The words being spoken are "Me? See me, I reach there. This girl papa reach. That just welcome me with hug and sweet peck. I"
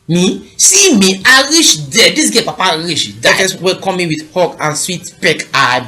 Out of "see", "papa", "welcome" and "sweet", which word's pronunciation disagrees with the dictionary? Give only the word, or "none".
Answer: welcome